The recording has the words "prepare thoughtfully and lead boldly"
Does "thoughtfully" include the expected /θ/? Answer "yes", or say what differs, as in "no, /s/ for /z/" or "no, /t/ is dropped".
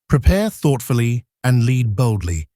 yes